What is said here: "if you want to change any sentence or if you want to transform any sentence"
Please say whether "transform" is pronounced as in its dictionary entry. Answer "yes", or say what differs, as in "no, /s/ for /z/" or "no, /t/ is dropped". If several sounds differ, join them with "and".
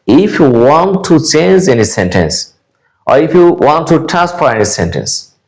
no, /ɹ/ is dropped and /m/ is dropped